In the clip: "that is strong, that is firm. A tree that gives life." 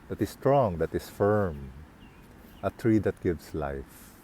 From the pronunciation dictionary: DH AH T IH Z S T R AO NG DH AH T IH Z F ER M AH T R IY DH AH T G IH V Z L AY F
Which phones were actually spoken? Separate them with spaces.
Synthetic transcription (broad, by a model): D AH T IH S T R AO NG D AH T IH S F ER M AH T R IY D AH T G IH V S L AY F